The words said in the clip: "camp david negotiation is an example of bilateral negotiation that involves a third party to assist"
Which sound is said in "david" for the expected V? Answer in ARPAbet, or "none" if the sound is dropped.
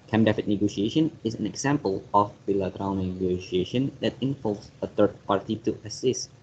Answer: F